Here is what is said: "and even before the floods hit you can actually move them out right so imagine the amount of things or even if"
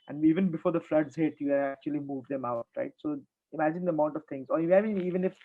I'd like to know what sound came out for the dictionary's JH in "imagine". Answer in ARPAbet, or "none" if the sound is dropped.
JH